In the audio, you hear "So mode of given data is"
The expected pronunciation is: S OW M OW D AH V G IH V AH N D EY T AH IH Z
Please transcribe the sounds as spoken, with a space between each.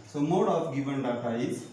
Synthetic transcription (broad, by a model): S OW M OW D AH P G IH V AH N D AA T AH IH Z